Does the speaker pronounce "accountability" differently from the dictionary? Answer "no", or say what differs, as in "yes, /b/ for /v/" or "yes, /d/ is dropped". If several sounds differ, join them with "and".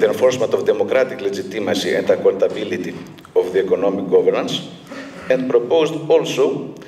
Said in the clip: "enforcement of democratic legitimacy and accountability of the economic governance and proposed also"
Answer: yes, /l/ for /n/